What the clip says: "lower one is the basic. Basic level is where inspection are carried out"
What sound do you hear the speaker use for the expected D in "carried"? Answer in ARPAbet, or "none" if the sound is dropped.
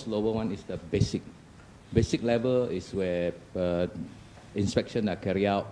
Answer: none